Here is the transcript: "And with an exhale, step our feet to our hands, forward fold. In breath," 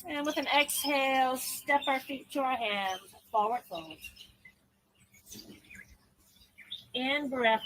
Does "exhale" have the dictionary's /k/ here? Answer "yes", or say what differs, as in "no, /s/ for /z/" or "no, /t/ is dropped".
yes